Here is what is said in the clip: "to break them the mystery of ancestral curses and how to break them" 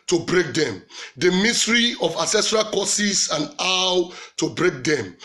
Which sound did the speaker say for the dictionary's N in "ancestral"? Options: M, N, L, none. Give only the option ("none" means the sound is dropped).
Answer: none